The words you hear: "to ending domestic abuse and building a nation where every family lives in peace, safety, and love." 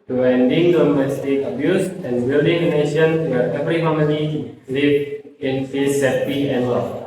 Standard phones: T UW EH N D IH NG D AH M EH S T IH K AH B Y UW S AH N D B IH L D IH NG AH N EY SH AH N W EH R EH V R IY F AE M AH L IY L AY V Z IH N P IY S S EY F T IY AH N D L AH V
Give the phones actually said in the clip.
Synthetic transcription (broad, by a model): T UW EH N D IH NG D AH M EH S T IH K AH B Y UW S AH N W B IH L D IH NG AH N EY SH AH N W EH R EH V R IY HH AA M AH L IY L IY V IH N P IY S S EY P IY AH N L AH